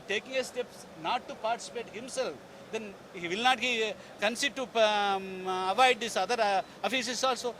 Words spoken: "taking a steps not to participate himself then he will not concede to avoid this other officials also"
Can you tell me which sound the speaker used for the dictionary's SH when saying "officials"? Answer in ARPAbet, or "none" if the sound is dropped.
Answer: S